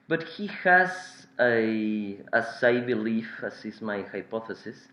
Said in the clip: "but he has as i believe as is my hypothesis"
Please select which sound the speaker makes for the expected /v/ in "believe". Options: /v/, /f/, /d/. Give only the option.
/f/